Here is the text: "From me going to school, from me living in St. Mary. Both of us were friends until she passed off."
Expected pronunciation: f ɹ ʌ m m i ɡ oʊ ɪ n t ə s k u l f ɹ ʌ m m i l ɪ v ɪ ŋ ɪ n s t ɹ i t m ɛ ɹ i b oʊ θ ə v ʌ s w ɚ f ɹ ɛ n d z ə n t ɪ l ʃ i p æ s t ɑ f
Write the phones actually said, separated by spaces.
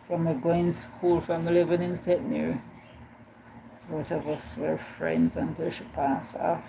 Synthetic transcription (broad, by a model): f ɹ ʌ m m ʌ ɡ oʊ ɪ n s k u l f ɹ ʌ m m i l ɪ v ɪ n ɪ n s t ɛ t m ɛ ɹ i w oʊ t ə v ʌ s w ɚ f ɹ ɛ n d z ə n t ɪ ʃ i p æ s ɑ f